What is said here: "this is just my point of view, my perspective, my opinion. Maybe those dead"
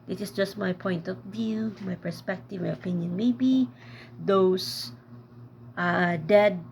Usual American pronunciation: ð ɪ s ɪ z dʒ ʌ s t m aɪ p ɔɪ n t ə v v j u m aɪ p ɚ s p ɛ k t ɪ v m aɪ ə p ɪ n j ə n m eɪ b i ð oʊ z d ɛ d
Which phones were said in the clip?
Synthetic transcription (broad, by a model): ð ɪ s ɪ s dʒ ʌ s t m aɪ p ɔɪ n t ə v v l m aɪ p ɚ s p ɛ k t ɪ v m aɪ ə p ɪ n j ə n m eɪ b i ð oʊ s d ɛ d